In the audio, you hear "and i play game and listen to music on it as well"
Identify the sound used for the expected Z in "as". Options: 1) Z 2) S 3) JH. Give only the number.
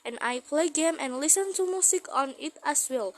2